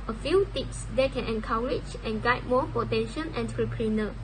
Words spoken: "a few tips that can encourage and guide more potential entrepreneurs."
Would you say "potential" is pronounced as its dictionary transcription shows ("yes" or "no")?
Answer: no